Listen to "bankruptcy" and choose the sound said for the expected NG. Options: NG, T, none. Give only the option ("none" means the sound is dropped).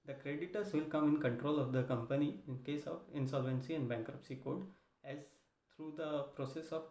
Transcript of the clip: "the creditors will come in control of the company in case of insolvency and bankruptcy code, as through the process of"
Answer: NG